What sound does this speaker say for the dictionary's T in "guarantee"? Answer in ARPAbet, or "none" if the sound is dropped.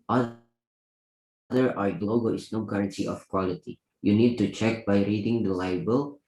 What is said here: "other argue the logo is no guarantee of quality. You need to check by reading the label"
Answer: S